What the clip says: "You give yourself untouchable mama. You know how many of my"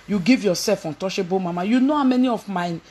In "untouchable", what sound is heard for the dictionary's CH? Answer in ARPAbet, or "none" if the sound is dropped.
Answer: SH